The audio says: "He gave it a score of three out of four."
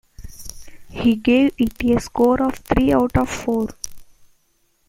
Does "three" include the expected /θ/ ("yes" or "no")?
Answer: no